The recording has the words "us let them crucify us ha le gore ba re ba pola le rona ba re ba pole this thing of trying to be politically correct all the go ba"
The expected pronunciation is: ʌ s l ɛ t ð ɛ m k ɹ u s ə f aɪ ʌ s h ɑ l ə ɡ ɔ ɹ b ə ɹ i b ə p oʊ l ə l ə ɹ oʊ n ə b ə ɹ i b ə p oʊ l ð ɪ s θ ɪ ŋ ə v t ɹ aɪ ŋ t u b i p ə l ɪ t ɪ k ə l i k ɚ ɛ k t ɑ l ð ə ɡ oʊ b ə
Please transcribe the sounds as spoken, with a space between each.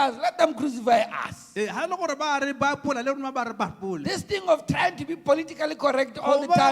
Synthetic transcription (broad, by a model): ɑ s l ɛ t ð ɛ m k ɹ u s ə f aɪ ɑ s h ɑ l ə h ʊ ɹ b ə ɹ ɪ b ə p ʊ l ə l ə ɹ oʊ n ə b ə ɹ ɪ b ə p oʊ l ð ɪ s t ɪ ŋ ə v t aɪ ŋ t u b i p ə l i t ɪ k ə l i k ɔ ɛ k t ɑ l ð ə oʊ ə